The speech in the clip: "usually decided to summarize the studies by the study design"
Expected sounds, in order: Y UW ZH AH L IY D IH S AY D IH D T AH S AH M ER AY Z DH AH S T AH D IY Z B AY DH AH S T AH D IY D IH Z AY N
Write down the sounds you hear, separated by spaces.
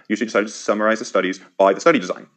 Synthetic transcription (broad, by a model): Y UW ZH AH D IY D IH S AY D IH D T AH S AH M ER AY Z DH AH S T AH D IY Z B AY DH AH S T AH D IY D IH Z AY N